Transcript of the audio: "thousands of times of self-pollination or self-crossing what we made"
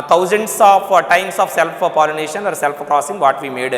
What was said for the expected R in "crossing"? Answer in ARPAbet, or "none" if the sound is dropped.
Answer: R